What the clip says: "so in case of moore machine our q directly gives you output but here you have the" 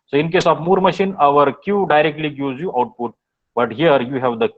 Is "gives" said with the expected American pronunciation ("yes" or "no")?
no